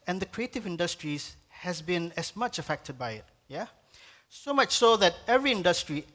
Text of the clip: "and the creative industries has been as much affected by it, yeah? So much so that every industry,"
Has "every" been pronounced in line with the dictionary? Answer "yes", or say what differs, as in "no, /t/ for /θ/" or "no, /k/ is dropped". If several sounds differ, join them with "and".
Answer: yes